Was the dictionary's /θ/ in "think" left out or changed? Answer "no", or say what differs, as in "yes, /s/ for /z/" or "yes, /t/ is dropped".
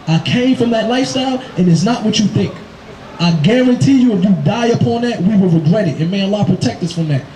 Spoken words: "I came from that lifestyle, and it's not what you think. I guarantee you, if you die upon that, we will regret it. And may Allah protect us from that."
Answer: no